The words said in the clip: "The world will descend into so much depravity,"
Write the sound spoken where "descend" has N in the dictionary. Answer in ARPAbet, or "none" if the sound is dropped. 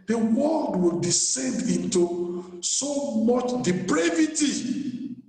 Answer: N